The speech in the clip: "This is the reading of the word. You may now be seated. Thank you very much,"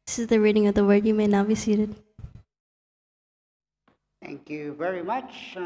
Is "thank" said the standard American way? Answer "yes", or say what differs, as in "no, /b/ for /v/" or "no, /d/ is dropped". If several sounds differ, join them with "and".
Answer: yes